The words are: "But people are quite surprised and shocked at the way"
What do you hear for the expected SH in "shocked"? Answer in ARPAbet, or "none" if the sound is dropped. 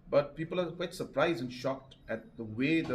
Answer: SH